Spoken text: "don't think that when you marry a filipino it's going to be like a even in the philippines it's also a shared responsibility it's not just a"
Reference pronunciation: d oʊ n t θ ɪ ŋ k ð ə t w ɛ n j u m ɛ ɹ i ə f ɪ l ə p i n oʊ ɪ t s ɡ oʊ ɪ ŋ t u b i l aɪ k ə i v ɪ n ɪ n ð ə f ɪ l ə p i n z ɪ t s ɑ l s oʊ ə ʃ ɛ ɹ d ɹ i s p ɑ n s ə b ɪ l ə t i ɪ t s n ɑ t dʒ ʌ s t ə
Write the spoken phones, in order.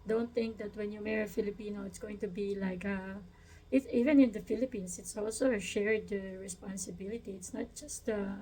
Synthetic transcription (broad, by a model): d oʊ n t θ ɪ ŋ k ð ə t w ɛ n j u m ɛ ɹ ə f ɪ l ə p i n oʊ ɪ t s ɡ oʊ ɪ ŋ t u b i l aɪ k ə i v ɪ n ɪ n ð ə f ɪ l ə p i n s ɪ t s ɑ l s oʊ ə ʃ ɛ ɹ d ɹ i s p ɑ n s ə b ɪ l ə t i ɪ t s n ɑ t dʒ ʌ s t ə